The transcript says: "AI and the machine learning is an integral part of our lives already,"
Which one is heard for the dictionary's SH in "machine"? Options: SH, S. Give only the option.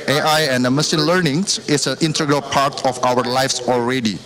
S